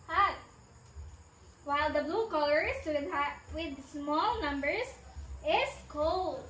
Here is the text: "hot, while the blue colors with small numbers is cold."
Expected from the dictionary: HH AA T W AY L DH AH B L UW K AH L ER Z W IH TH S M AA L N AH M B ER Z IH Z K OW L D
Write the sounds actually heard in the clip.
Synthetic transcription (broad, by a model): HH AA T W AY L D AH B L UW K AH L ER S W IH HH S M AA L N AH M B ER S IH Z K OW L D